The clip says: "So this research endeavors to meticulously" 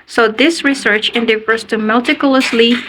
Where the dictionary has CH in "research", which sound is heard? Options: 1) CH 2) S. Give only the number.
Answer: 1